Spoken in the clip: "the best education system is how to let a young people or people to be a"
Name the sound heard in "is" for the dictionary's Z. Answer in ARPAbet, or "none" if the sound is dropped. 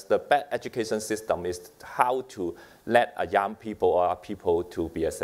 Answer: S